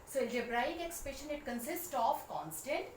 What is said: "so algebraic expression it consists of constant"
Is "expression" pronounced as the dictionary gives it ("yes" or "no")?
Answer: no